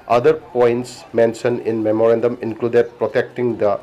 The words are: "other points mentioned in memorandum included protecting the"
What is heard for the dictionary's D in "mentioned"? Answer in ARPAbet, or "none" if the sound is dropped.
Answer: none